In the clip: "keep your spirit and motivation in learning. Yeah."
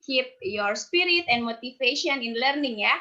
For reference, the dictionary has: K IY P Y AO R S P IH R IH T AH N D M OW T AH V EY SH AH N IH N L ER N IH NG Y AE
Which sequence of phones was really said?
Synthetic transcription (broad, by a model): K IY P Y AO R S P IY R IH T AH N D M OW T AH F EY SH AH N IH N L ER N IH NG Y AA